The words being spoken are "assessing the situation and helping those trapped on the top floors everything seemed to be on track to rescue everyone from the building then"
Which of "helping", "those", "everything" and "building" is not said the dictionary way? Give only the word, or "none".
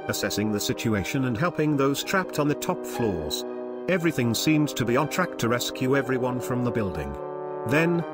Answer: none